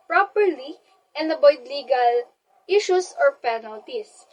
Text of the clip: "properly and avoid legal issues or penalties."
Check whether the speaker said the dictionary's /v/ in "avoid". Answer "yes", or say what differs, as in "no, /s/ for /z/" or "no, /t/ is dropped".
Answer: no, /b/ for /v/